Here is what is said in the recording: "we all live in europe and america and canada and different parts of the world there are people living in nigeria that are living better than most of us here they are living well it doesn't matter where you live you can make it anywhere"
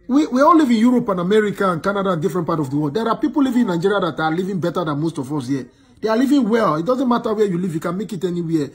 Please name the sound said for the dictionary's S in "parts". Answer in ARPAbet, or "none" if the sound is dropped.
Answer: none